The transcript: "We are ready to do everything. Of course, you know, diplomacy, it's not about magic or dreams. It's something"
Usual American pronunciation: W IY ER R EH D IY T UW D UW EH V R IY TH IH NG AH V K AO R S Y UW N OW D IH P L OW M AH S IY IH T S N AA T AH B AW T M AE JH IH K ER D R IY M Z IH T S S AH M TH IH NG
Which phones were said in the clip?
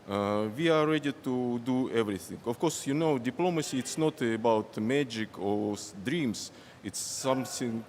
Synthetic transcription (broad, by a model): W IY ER R EH D IY T UW D UW EH V R IY TH IH NG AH F K AO R S Y UW N OW D IH P L OW M AH S IY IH T S N AA T AH B AW T M AE JH IH K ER D R IY M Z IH T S S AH M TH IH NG